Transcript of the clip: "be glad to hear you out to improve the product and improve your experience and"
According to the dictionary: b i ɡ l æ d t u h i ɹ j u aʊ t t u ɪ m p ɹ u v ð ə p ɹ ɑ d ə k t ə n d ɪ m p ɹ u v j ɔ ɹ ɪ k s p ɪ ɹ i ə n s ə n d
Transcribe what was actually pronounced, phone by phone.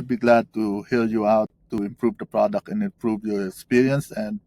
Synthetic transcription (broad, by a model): b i ɡ l æ d t u h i l j u aʊ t t u ɪ m p ɹ u v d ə p ɹ ɑ d ə k t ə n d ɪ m p ɹ u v j ɔ ɹ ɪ k s p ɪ ɹ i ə n s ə n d